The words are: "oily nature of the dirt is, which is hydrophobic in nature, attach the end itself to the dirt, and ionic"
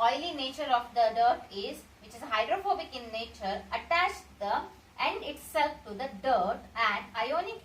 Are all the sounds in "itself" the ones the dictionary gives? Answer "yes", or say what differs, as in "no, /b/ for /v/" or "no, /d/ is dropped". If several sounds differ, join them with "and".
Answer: no, /p/ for /f/